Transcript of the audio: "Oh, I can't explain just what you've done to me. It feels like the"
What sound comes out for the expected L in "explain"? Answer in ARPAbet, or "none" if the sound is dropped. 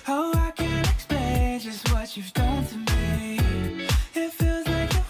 none